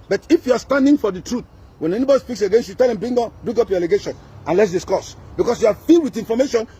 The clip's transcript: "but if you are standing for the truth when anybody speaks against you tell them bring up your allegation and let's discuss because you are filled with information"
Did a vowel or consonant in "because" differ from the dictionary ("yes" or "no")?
yes